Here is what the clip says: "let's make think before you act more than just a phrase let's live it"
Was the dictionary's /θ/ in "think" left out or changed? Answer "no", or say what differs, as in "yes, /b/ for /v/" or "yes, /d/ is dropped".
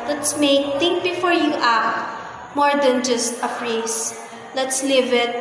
yes, /t/ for /θ/